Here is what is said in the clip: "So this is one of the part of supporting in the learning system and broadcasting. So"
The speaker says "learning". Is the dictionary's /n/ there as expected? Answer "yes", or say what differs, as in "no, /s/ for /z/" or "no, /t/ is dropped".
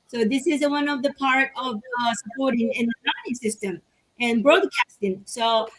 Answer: no, /n/ is dropped